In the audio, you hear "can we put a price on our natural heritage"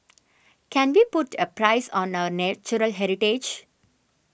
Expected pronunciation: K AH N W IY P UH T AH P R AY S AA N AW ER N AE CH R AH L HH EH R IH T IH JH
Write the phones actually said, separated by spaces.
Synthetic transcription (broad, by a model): K AH N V IY P UH T AH P R AY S AA N AW ER N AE CH R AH L HH EH R IH T IH JH